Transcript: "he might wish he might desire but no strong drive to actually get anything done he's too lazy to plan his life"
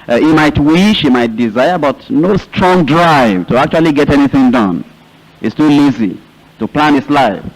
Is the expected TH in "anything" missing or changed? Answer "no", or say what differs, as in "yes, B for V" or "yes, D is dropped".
no